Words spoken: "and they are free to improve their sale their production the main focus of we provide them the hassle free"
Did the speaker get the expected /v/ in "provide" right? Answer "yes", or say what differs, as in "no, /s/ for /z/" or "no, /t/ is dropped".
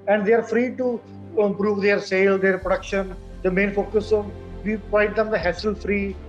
no, /v/ is dropped